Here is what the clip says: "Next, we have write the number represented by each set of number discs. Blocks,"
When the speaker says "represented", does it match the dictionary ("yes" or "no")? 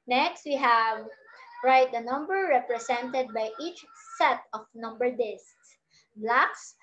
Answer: no